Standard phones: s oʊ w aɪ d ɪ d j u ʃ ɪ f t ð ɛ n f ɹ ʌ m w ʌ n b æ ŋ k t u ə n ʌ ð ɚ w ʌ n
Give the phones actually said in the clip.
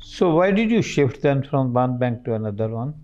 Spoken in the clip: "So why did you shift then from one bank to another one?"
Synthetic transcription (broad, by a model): s oʊ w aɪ d ɪ d j u ʃ ɪ f t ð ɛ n f ɹ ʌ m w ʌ n b æ ŋ k t u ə n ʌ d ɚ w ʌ n